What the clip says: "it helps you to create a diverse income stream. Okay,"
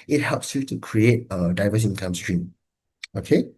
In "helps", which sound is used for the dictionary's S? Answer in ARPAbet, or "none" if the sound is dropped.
S